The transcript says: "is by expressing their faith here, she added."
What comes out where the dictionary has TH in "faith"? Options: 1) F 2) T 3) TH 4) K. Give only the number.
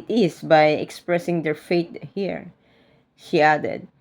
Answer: 2